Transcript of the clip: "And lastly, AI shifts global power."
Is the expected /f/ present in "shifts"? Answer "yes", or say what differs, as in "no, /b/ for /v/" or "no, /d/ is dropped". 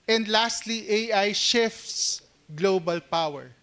yes